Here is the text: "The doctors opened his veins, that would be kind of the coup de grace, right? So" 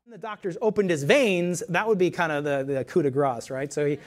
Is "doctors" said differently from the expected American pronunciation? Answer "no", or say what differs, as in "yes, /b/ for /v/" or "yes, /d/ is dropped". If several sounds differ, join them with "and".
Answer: no